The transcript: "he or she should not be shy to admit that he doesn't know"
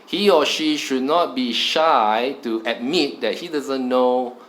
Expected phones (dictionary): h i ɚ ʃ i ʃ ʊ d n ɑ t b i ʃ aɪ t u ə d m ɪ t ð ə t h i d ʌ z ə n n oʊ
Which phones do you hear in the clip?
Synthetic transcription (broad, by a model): h i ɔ ʃ i ʃ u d n ɑ t b i ʃ aɪ t u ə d m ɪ t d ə t h i d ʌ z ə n n oʊ